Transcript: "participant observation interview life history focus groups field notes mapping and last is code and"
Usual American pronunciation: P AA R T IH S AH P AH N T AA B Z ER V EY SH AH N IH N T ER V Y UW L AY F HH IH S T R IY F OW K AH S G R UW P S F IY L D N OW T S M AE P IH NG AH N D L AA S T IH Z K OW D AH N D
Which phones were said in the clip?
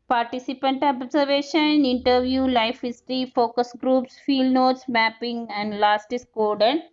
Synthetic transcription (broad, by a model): P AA R T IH S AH P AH N T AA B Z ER V EY SH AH N IH N T ER V Y UW L AY F HH IH S T R IY F OW K AH S G R UW P S F IY L D N OW T S M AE P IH NG AH N D L AA S T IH S K OW D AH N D